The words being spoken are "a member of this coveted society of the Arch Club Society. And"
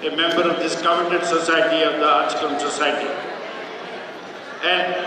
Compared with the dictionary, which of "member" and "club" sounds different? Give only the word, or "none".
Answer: club